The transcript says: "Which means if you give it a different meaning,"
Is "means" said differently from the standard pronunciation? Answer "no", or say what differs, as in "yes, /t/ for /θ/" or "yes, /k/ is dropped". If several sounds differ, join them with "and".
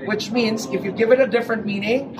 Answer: no